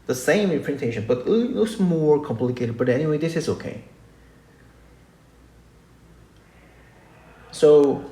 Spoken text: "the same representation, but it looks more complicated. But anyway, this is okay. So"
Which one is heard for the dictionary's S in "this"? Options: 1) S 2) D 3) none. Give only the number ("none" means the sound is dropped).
1